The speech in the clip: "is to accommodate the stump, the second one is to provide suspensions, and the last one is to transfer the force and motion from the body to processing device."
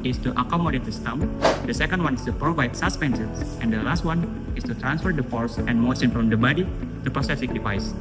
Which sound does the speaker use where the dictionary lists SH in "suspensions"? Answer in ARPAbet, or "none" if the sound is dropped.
S